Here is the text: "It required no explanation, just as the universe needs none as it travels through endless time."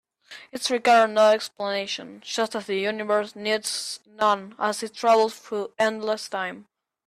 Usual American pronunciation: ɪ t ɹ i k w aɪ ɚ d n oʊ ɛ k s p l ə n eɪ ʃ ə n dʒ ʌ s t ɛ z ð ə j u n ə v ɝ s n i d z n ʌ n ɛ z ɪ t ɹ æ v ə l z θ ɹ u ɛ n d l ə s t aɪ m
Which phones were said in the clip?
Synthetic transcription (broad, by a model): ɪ t ɹ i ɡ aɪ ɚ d n oʊ ɛ k s p l ə n eɪ ʃ ə n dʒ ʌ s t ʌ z ð ə j u n ə v ɝ s n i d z n ʌ n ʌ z ɪ t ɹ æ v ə l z f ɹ ɛ n d l ə s t aɪ m